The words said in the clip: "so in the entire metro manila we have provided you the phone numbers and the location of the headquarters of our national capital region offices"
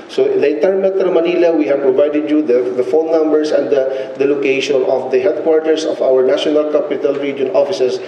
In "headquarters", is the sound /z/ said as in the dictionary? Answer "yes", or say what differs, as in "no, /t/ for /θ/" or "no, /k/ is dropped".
no, /s/ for /z/